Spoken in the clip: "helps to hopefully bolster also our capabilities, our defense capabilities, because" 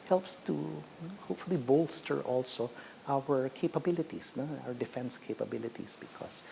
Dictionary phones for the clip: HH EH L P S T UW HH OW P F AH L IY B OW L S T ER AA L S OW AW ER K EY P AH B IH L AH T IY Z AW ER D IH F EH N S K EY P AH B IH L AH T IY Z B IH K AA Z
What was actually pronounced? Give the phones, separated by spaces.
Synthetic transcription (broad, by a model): HH EH L P S T UW HH OW P F AH L IY B OW L S T ER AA L S OW AW ER K EY P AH B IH L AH T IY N AW ER D IH F EH N S K EY P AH B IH L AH T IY S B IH K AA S